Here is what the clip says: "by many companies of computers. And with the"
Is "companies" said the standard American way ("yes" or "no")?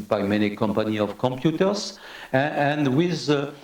no